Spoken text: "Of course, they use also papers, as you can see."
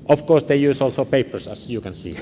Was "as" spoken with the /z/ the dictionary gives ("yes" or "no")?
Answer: no